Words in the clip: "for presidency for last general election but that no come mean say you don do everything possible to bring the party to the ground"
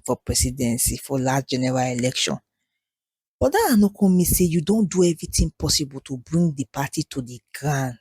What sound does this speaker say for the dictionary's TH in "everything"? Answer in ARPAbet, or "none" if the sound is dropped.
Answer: T